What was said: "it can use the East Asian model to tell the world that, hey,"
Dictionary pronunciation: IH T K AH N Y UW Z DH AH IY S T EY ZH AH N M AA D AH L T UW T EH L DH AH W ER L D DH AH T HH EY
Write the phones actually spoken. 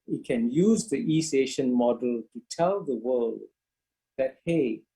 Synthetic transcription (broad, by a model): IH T K AH N Y UW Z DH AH IY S EY SH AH N M AA D AH L T UW T EH L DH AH W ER L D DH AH T HH EY